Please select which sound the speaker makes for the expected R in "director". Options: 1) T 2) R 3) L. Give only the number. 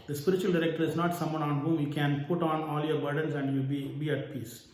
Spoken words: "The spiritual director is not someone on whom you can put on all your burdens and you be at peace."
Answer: 2